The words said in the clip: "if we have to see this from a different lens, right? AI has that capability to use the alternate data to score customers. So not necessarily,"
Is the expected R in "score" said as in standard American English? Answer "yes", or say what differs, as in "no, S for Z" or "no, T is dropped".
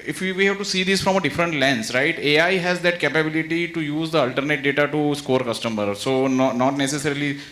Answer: yes